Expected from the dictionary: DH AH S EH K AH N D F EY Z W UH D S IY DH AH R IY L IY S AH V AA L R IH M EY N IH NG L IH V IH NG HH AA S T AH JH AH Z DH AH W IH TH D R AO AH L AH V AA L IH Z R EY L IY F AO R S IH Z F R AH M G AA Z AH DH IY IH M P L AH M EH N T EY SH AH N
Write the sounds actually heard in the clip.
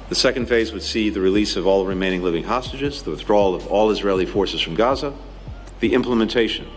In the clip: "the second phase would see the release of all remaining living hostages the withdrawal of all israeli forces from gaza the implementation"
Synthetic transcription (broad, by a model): DH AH S EH K AH N D F EY Z W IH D S IY DH AH R IY L IY S AH V AA L R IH M EY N IH NG L IH V IH NG HH AA S T AH JH AH Z DH AH W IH TH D R AO L AH V AA L IH Z R EY L IY F AO R S IH Z F R AH M G AA Z AH DH IY IH M P L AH M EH N T EY SH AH N